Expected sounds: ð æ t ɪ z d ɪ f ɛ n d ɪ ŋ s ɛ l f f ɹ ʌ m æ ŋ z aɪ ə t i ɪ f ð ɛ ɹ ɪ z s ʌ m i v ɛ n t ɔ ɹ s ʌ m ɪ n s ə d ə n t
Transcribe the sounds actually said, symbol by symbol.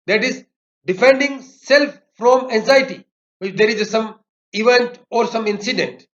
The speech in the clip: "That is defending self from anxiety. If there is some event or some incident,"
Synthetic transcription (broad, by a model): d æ t ɪ z d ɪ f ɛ n d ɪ ŋ s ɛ l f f ɹ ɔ m æ ŋ z aɪ ə t i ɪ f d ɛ ɹ ɪ z s ʌ m i v ɛ n t ɔ ɹ s ʌ m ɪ n s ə d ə n t